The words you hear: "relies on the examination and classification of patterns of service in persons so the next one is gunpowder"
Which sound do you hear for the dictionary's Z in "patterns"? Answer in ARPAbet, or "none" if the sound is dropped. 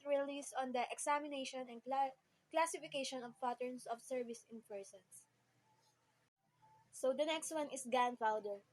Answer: S